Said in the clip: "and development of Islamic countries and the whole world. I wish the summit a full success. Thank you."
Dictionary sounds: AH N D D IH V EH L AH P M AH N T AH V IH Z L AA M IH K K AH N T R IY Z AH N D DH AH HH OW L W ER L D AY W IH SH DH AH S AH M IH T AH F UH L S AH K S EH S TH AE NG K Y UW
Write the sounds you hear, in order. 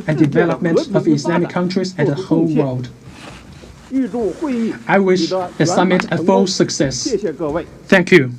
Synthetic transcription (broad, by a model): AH N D D IH V EH L AH P M AH N T AH V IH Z L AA M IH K K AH N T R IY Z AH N DH AH HH OW L W ER L D AY W IH SH DH AH S AH M IH T AH F UH L S AH K S EH S TH AE NG K Y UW